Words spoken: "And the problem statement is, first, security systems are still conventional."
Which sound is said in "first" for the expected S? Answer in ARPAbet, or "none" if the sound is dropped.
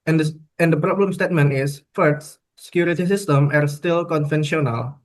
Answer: none